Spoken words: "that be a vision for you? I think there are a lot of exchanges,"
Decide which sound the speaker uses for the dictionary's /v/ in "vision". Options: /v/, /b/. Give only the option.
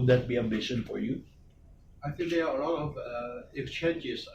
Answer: /b/